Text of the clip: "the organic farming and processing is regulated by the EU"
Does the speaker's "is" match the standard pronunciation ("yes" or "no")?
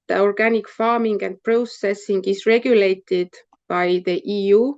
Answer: no